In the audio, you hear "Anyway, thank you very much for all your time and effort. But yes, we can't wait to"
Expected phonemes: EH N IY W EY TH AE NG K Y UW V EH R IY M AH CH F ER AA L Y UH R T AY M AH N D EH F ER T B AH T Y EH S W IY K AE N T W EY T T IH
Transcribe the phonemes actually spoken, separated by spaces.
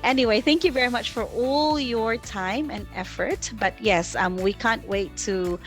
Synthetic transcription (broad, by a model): EH N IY W EY TH AE NG K Y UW V EH R IY M AH CH F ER AA L Y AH R T AY M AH N EH F ER T B AH T Y EH S W IY K AE N T W EY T T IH